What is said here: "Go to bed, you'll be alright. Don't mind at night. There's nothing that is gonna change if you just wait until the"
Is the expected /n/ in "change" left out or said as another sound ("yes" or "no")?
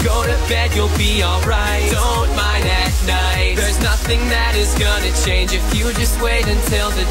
no